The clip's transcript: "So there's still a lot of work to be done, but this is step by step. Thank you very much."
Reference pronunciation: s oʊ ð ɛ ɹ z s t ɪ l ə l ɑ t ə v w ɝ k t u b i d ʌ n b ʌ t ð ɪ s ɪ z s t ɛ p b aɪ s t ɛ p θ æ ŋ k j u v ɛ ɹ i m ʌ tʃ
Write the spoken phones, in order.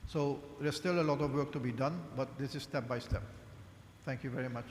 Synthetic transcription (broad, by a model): s oʊ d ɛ s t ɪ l ə l ɑ t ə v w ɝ k t u b i d ʌ n b ʌ t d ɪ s ɪ z s t ɛ p b aɪ s t ɛ p t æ ŋ k j u v ɛ ɹ i m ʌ tʃ